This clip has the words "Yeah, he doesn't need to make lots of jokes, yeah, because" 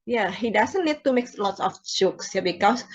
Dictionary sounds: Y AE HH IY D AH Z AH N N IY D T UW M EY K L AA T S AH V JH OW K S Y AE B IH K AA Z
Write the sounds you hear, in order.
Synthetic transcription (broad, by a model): Y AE HH IY D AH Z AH N N IY D T UW M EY K L AA T S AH F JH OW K S Y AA B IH K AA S